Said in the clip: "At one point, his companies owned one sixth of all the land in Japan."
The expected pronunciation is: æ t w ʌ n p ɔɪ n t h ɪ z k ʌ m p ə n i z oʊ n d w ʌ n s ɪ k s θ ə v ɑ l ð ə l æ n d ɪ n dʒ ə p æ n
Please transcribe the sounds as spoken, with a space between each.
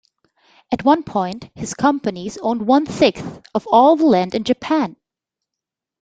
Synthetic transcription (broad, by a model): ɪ t w ʌ n p ɔɪ n t h ɪ z k ʌ m p ə n i z oʊ n d w ʌ n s ɪ k θ ə v ɑ l ð ə l æ n d ɪ n dʒ ə p æ n